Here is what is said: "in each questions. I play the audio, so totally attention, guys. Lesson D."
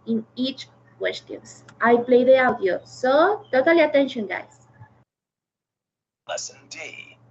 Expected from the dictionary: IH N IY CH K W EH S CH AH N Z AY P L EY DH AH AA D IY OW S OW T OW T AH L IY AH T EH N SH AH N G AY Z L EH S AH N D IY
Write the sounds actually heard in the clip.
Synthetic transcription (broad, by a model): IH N IY CH K W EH S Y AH N S AY P L EY DH AH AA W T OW S OW T OW T AH L IY AH T EH N SH AH N G AY S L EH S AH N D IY